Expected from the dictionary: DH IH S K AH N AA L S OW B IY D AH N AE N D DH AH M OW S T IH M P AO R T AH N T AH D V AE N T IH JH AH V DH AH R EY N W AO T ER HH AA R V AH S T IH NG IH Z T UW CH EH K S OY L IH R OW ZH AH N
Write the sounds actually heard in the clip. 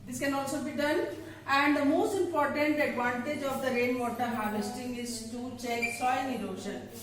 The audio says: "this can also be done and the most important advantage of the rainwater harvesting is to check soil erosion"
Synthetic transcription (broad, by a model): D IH S K AH N AA L S OW B IY D AH N AE N D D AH M OW S T IH M P AO R T AH N T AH D V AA N T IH JH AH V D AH R EY N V AO T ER HH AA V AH S T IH NG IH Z T UW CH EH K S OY N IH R OW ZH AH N